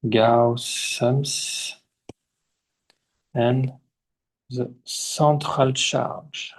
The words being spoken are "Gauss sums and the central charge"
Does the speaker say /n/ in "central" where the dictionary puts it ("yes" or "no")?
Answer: no